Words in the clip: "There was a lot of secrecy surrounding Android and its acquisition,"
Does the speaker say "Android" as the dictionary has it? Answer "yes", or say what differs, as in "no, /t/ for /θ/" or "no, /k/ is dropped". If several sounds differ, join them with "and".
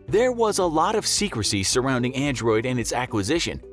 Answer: yes